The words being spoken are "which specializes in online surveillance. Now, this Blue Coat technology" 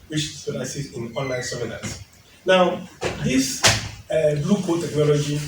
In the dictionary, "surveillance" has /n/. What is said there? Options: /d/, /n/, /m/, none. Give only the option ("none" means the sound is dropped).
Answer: none